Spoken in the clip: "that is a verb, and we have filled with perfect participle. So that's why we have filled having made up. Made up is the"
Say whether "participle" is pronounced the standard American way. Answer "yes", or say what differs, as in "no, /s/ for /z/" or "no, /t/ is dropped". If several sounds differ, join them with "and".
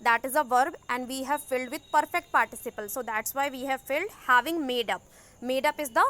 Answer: yes